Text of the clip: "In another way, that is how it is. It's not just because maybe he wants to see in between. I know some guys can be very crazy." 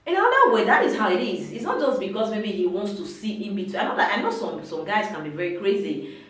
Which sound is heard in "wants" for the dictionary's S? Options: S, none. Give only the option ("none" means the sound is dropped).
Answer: S